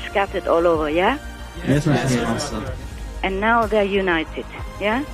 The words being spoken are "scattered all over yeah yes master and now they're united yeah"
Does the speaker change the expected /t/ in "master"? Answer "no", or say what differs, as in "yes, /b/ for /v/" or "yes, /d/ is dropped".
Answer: yes, /s/ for /t/